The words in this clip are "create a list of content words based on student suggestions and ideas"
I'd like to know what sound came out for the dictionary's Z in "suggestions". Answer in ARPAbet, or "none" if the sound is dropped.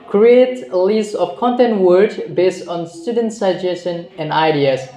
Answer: none